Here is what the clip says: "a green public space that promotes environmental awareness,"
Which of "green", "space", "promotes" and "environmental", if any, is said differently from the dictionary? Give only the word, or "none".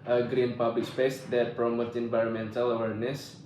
promotes